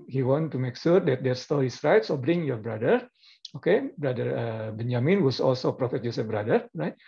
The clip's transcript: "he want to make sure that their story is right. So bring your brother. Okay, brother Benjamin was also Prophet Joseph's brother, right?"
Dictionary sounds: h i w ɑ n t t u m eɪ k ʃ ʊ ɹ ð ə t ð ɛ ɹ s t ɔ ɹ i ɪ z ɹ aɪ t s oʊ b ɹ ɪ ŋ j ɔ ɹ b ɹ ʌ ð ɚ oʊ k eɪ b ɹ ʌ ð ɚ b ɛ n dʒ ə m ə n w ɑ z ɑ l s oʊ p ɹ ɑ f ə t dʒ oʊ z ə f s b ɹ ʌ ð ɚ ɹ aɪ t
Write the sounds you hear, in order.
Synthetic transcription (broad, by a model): h i w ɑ n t t u m eɪ k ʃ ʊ ɹ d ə t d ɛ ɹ s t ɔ l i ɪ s ɹ aɪ t s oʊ b ɹ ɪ ŋ j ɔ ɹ b ɹ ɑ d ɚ oʊ k eɪ b ɹ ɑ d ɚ b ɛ n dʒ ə m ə n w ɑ s ɑ l s oʊ p ɹ ɑ f ə t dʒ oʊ s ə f b ɹ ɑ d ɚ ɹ aɪ t